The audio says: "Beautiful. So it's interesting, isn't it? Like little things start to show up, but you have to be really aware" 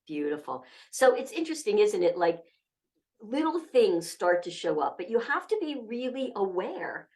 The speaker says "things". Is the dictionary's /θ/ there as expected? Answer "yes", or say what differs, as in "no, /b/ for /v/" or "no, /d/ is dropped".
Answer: yes